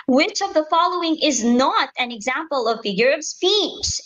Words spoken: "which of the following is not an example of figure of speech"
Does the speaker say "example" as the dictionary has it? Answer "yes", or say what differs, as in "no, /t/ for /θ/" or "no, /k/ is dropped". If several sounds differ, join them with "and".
yes